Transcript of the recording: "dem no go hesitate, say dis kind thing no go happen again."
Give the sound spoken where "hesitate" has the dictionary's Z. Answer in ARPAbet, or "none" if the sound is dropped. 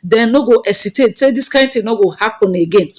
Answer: S